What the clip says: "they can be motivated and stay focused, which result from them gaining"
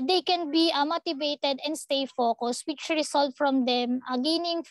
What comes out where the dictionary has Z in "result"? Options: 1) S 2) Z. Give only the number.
1